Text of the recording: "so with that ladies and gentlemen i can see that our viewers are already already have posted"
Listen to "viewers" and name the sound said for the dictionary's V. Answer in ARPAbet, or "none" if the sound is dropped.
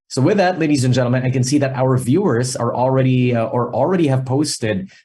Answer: V